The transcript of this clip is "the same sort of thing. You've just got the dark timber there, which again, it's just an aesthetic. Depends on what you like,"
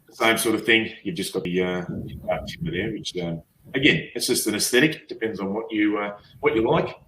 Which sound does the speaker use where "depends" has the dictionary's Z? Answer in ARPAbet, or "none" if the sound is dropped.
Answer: Z